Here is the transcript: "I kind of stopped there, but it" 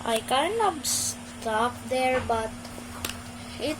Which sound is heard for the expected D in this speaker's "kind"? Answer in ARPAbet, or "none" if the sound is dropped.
none